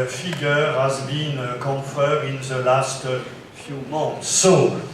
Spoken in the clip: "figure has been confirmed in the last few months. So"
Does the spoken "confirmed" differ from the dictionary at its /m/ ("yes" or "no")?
yes